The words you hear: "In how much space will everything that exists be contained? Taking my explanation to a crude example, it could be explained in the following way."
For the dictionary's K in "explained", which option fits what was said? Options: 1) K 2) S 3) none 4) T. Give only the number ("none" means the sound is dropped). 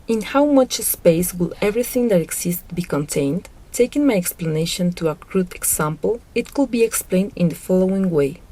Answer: 1